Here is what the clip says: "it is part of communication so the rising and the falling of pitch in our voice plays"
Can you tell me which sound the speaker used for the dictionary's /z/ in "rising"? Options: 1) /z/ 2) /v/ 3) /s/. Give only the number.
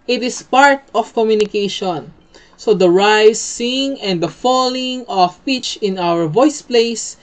3